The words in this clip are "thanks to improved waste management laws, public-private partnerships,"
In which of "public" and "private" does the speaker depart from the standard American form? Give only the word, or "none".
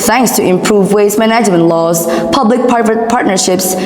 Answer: private